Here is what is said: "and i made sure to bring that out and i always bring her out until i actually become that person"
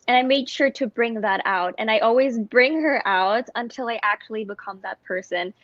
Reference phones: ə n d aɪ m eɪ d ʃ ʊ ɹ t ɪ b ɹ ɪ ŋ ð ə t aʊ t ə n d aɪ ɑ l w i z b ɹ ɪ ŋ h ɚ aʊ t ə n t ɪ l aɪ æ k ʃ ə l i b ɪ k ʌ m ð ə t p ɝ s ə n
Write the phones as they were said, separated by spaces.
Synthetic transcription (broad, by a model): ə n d aɪ m eɪ d ʃ ʊ ɹ t ɪ b ɹ ɪ ŋ ð ə t aʊ t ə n aɪ ɑ l w i z b ɹ ɪ ŋ h ɚ aʊ t ə n t ɪ l aɪ æ k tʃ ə l i b ɪ k ʌ m ð ə t p ɝ s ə n